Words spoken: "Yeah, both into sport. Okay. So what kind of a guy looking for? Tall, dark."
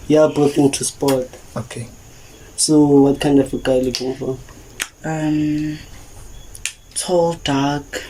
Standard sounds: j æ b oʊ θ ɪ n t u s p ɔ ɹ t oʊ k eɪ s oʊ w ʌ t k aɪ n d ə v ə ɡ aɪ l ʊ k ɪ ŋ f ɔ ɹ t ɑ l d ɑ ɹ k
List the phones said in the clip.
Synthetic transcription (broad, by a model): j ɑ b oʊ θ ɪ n t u s p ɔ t oʊ k eɪ s oʊ w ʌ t k aɪ n d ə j ə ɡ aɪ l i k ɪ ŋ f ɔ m t ɑ l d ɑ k